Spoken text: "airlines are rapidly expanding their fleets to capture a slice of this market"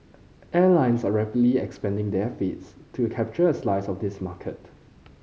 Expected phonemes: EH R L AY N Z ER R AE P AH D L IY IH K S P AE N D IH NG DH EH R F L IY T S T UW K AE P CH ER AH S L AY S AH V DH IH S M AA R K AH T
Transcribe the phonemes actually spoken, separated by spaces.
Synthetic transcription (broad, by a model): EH L AY N S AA R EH P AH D L IY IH K S P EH N D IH NG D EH F IY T S T UW K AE P CH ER AH S L AY S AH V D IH S M AA K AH T